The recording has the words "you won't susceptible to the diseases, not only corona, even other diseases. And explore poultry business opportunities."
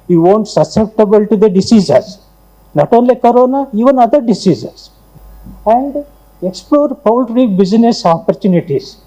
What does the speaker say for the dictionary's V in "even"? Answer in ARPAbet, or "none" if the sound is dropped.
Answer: V